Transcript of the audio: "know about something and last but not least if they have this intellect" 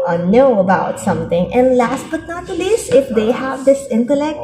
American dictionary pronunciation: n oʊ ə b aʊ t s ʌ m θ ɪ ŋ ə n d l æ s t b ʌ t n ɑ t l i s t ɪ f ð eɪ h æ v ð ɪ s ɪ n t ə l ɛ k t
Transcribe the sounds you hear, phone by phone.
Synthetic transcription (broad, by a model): n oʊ ə b aʊ t s ʌ m t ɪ ŋ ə n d l æ s t b ʌ t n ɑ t l i s t ɪ f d eɪ h æ v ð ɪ s ɪ n t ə l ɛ k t